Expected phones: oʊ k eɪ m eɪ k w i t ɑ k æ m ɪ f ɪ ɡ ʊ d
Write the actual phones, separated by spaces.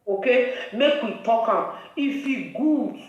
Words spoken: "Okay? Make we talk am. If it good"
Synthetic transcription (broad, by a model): oʊ k eɪ m eɪ k w i t ɑ k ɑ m ɪ f ɪ ɡ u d